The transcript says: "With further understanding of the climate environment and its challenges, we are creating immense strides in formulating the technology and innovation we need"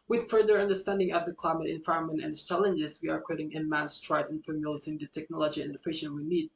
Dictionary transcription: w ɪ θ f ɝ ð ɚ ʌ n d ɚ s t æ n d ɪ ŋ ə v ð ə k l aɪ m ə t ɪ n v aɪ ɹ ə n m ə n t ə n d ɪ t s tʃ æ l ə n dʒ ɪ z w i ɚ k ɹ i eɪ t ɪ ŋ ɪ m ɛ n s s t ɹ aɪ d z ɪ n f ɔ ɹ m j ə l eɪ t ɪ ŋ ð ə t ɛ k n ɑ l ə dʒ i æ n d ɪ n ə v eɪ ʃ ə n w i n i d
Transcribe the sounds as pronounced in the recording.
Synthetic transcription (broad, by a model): w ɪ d f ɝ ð ɚ ʌ n d ɚ s t æ n d ɪ ŋ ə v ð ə k l aɪ m ə t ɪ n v aɪ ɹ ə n m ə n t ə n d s tʃ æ l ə n dʒ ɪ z w i ɚ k i t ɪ ŋ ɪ m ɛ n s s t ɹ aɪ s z ɪ n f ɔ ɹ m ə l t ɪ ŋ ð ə t ɛ k n ɑ l ə dʒ i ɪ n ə f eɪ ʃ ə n w i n i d